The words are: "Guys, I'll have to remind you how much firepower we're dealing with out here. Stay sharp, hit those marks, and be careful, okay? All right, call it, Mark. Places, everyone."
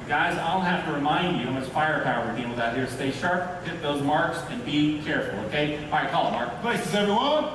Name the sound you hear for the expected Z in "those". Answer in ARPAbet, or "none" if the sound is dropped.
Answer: Z